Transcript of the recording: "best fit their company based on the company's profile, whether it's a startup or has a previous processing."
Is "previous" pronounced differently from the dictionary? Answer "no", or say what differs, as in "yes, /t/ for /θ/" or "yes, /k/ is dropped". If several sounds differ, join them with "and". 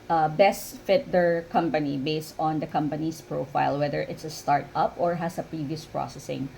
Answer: no